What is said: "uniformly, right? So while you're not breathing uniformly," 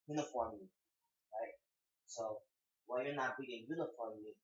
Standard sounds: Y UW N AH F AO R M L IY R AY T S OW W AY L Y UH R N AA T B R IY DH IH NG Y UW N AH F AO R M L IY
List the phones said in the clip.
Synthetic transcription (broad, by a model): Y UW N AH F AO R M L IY R AY T S OW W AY N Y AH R N AA T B IY IH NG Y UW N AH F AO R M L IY